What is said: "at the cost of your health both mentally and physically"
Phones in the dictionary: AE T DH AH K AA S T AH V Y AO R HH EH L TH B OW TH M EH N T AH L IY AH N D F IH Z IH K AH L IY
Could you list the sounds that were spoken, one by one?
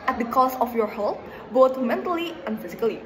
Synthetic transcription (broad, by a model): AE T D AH K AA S AH F Y AO R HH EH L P B OW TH M EH N T AH L IY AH N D F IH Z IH K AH L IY